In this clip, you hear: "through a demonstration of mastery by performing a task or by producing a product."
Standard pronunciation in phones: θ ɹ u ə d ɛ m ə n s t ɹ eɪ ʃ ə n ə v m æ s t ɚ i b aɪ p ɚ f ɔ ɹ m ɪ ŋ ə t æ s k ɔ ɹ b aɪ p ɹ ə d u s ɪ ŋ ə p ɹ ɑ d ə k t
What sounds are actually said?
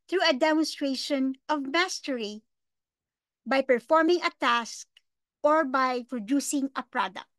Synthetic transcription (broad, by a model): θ ɹ u ə d ɛ m ə n s t ɹ eɪ ʃ ə n ə v m æ s t ɚ i b aɪ p ɚ f ɔ ɹ m ɪ ŋ ə t æ s k ɔ ɹ b aɪ p ɹ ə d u s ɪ ŋ ə p ɹ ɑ d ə k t